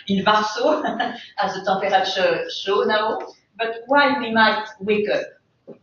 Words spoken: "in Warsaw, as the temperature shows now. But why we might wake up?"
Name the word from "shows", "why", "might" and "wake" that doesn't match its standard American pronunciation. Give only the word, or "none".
shows